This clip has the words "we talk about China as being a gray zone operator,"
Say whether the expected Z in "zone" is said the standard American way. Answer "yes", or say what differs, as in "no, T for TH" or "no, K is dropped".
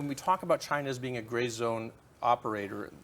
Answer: yes